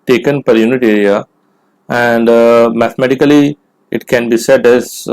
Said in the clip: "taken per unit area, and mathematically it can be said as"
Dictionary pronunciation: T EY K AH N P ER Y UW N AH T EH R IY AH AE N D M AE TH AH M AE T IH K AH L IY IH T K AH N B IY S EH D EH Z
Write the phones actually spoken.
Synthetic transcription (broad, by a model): T EY K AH N P ER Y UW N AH T EH R IY AH AE N D M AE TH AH M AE T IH K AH L IY IH T K AH N B IY S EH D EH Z